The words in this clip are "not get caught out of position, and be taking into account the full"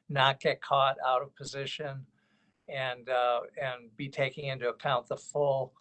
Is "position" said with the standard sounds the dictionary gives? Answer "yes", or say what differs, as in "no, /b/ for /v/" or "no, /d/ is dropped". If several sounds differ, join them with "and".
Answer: yes